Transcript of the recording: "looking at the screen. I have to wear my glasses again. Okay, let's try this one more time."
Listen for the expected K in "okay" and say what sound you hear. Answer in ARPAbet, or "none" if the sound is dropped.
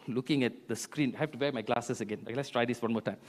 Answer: none